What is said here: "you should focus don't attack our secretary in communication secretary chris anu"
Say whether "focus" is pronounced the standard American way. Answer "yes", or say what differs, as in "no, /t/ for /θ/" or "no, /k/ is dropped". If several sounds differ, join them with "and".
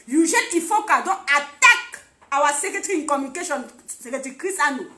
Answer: no, /s/ is dropped